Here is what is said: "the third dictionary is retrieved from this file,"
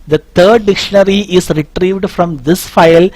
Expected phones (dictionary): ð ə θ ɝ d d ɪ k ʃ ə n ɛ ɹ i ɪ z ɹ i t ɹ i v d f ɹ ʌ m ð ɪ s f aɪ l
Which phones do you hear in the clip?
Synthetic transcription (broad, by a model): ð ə t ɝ d d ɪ k ʃ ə n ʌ ɹ i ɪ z ɹ i t ɹ i v d f ɹ ʌ m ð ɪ s f aɪ l